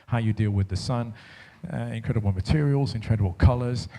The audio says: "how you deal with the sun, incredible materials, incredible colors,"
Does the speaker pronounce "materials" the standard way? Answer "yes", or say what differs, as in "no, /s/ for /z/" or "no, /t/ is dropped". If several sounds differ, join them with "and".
yes